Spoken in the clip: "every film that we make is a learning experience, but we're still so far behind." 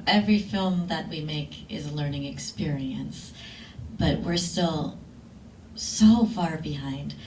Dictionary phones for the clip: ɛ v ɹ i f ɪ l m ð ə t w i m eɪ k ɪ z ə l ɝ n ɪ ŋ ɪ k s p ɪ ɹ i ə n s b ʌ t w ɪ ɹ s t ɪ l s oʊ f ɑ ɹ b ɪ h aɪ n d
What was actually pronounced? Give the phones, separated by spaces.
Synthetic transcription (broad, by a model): ɛ v ɹ i f ɪ l m ð ə t w i m eɪ k ɪ z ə l ɝ n ɪ ŋ ɪ k s p ɪ ɹ i ə n s b ʌ t w ɪ ɹ s t ɪ l s oʊ f ɑ ɹ b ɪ h aɪ n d